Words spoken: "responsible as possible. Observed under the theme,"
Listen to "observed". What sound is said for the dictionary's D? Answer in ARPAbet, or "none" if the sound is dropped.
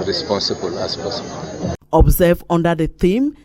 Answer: none